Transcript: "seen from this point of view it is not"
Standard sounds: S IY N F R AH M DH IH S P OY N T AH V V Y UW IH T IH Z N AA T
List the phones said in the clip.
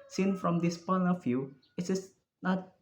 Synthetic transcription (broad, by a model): S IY N F R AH M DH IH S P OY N AH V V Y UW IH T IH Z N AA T